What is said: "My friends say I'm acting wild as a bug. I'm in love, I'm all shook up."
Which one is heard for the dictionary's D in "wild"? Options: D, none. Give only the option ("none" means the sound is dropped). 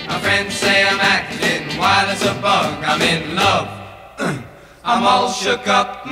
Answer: none